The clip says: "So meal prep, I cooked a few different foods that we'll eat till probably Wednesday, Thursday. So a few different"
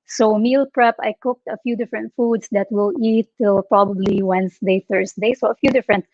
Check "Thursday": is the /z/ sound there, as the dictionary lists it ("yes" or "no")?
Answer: no